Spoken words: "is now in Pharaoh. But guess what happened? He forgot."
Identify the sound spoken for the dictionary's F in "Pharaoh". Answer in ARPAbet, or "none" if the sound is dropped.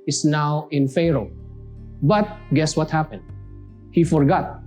F